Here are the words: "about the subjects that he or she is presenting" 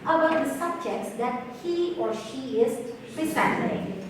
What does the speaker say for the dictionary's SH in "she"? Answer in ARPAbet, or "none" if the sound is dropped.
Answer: SH